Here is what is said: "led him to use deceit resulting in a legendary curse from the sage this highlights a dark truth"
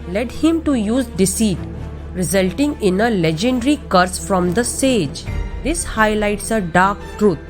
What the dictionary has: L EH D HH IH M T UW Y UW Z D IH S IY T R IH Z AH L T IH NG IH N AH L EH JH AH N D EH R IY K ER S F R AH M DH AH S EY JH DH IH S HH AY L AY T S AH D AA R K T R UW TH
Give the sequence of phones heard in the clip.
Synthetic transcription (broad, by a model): L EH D HH IH M T UW Y UW Z D IH S IY T R IH Z AH L T IH NG IH N AH L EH JH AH N D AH R IY K ER S F R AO M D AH S EY JH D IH S HH AY L AY T S AH D AA R K T R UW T